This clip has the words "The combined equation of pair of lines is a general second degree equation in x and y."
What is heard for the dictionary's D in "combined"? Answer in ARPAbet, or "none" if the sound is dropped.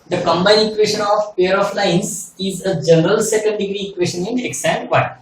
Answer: none